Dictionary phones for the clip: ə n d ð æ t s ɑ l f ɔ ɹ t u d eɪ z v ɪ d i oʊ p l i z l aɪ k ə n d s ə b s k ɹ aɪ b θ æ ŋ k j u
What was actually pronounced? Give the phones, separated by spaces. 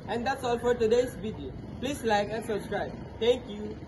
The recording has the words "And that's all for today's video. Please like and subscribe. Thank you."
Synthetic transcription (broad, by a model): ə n d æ t s ɑ l f ɔ ɹ t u d eɪ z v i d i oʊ p l i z l aɪ k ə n s ə b s k ɹ aɪ b t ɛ ŋ k j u